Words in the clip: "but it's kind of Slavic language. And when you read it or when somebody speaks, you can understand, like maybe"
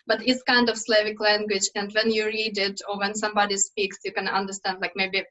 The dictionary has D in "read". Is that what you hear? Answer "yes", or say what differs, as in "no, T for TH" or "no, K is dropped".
yes